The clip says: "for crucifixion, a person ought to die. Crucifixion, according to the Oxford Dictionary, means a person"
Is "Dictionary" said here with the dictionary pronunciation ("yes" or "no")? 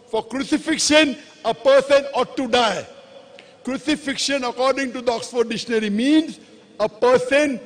no